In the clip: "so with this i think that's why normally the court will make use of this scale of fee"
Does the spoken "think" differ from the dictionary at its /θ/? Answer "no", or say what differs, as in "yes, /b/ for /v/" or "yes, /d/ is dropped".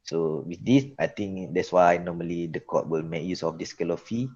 yes, /t/ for /θ/